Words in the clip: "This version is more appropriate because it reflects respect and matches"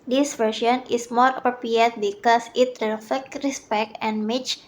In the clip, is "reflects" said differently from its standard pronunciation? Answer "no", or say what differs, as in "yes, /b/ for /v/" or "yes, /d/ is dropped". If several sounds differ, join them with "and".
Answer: yes, /s/ is dropped